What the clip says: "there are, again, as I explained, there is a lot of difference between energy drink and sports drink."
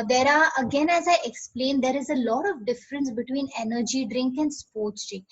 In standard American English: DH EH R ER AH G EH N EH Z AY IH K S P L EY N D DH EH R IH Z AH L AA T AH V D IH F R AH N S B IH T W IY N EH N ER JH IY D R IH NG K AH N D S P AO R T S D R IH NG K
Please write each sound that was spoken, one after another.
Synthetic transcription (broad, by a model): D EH R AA AH G EH N EH Z AY IH K S P L EY N D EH R IH Z AH L AA T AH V D IH F R AH N S B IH T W IY N EH N ER JH IY D R IH NG K AH N D S P AO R T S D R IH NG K